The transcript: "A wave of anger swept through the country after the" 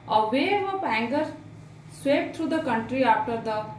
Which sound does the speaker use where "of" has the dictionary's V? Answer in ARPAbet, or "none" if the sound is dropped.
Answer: P